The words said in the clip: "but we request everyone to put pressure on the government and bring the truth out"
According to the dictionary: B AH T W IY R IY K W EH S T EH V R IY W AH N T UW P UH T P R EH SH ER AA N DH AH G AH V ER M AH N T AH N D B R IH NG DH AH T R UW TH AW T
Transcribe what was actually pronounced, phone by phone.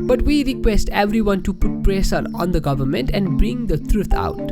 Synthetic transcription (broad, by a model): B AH T W IY R IY K W EH S T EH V R IY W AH N T UW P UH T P R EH S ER AA N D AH G AH V ER M AH N T AH N D B R IH NG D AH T R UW T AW T